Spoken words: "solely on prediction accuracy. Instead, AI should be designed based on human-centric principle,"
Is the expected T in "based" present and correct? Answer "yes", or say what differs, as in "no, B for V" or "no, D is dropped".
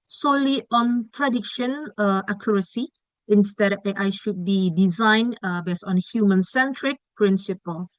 no, T is dropped